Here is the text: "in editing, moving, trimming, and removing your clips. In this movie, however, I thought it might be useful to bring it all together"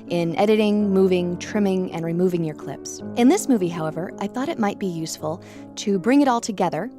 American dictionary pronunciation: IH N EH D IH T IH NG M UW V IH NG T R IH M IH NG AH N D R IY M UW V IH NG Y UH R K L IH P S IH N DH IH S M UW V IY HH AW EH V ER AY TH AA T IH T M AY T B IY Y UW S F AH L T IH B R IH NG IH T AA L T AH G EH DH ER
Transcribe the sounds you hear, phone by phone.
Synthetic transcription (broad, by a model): IH N EH D IH T IH NG M UW V IH NG T R IH M IH NG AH N R IY M UW V IH NG Y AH R K L IH P S IH N DH IH S M UW V IY HH AW EH V ER AY TH AA T IH T M AY T B IY Y UW S F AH L T IH B R IH NG IH T AA L T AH G EH DH ER